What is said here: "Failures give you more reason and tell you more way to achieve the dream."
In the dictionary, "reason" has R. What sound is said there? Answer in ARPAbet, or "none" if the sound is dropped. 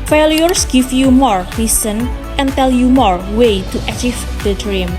L